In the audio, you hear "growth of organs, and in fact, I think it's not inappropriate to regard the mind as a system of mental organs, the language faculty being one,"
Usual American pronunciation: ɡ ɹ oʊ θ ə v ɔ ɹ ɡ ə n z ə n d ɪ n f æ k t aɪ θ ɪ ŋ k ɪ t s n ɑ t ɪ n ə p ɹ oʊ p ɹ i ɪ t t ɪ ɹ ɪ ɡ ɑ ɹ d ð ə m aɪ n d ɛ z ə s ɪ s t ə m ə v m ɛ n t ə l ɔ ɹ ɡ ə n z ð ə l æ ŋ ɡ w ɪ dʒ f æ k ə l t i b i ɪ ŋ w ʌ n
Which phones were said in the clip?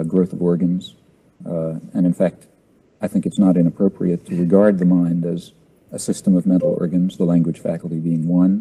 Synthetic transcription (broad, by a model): ɡ ɹ oʊ θ ə v ɔ ɹ ɡ ə n z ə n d ɪ n f æ k t aɪ θ ɪ ŋ k ɪ t s n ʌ t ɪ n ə p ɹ oʊ p ɹ i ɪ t t ɪ ɹ ɪ ɡ ɑ ɹ d ð ə m aɪ n d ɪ z ə s ɪ s t ə m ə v m ɛ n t l ɔ ɹ ɡ ə n z ð ə l æ ŋ ɡ w ɪ dʒ f æ k l t i b i ɪ ŋ w ʌ n